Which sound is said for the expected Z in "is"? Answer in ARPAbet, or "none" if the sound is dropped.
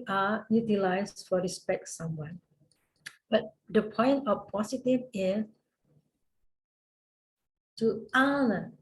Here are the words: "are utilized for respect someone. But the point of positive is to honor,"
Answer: S